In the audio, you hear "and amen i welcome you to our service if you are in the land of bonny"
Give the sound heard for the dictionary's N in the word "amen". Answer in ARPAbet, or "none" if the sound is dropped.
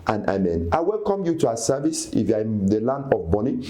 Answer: N